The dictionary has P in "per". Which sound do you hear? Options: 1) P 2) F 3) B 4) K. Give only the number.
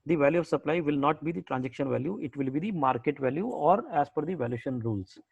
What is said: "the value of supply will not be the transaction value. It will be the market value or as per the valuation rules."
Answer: 2